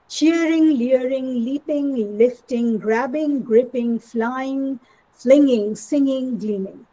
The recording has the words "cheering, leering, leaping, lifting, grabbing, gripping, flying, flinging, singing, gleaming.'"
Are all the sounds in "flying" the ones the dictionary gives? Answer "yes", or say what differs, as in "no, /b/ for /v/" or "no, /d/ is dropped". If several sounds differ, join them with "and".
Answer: yes